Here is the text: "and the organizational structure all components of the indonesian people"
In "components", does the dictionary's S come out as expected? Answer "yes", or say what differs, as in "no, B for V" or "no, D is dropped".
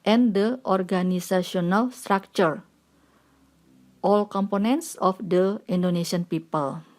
yes